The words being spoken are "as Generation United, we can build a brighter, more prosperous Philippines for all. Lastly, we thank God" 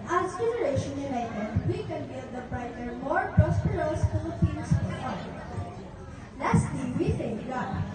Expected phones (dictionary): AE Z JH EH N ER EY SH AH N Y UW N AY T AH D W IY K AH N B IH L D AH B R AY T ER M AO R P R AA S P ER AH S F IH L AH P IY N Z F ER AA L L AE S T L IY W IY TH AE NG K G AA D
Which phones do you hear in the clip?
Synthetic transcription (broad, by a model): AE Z JH EH N ER EY SH AH N Y UW N AY T AH D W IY K AH N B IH D AH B R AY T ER M AO R P R AA S P ER AH S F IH AH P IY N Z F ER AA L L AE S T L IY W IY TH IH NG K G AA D